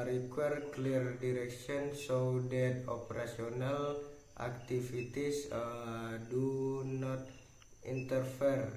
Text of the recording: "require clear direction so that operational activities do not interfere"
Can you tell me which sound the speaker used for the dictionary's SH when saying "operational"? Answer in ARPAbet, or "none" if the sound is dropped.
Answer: S